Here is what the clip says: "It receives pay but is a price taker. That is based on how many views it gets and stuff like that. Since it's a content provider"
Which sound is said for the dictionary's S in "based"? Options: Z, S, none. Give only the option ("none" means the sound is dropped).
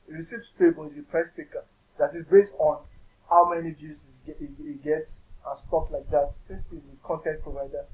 S